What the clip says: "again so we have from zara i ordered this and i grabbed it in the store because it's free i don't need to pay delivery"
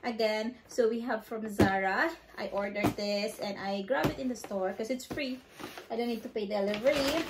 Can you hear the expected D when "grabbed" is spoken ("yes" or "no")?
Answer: no